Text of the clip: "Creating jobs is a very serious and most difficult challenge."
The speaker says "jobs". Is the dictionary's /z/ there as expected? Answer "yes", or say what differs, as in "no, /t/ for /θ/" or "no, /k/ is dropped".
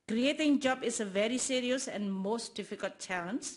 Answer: no, /z/ is dropped